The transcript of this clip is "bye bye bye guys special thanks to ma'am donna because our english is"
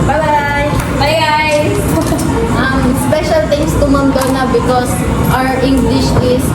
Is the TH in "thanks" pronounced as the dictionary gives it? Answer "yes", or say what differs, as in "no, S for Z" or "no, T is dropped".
no, T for TH